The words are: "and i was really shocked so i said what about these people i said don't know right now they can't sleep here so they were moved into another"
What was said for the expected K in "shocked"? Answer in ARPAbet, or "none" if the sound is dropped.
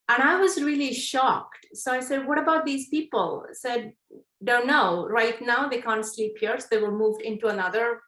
K